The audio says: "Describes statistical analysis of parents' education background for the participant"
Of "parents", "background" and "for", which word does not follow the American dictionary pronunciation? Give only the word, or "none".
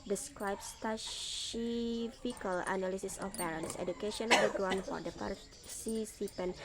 background